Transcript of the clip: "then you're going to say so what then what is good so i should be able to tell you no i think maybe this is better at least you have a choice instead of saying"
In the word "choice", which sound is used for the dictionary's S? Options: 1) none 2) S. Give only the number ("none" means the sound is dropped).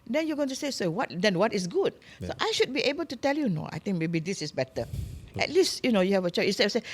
1